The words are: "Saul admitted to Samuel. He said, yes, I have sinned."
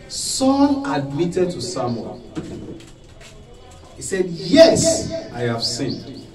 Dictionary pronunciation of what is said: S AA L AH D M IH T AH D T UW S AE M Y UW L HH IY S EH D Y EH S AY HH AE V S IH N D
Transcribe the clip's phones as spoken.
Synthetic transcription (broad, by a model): S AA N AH D M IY T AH D T UW S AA M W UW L HH IY S EH D Y EH S AY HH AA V S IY N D